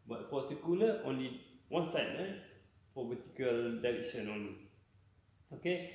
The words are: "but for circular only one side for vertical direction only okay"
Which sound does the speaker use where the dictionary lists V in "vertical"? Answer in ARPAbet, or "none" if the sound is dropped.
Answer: B